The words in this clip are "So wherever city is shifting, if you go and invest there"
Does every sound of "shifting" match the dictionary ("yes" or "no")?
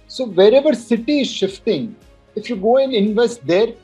yes